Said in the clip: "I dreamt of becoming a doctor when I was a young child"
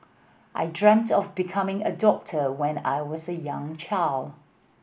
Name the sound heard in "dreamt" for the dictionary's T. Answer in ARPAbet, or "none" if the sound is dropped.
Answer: T